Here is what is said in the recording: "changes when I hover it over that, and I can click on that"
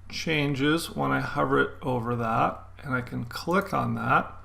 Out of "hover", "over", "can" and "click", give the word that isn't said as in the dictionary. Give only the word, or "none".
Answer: none